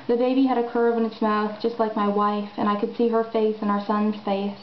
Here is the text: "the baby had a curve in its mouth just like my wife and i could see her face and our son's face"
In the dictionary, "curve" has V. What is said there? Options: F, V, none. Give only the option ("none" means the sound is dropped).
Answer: V